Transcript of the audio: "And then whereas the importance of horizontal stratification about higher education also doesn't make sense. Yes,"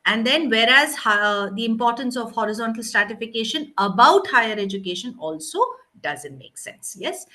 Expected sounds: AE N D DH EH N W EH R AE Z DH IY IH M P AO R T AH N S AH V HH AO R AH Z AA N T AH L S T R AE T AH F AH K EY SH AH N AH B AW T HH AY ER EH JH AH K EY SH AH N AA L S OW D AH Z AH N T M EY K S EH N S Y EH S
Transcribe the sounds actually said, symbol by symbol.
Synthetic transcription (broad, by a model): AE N D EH N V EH R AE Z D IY IH M P AO R T AH N S AH V HH AO R AH Z AA N T AH L S T R AE T AH F AH K EY SH AH N AH B AW T HH AY ER EH JH AH K EY SH AH N AA L S OW D AH Z AH N T M EY K S EH N S Y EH S